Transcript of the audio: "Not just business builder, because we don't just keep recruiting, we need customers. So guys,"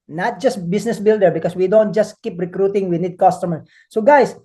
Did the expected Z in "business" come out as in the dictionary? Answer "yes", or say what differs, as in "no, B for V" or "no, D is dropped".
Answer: no, S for Z